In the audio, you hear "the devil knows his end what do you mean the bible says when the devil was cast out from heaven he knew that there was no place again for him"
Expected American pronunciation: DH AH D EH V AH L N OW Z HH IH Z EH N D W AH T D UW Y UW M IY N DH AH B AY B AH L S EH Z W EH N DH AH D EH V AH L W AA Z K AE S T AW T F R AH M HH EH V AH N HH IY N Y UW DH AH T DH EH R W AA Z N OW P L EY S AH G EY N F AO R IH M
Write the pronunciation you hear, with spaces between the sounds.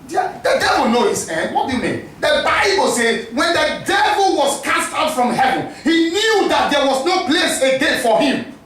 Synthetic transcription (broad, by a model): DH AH D EH V AH L N OW HH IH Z EH N D W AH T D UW Y UW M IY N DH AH B AY B AH L S EH Z W EH N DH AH D EH V AH L W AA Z K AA S T AW T F R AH M HH EH V AH N HH IY N Y UW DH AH T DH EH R W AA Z N OW P L EY S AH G EY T F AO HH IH M